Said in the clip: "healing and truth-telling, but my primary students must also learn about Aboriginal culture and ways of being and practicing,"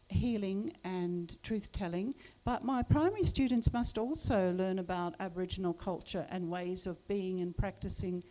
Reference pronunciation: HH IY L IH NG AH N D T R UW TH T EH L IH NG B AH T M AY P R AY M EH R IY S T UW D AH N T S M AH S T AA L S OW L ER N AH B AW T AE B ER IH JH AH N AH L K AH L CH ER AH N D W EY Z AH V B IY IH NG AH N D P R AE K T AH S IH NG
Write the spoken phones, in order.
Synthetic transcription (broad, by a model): HH IY L IH NG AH N T R UW TH T EH L IH NG B AH T M AY P R AY M EH R IY S T UW D N T S M AH S T AA L S OW L ER N AH B AW T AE B ER IH JH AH N L K AH L CH ER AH N W EY Z AH V B IY IH NG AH N P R AE K T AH S IH NG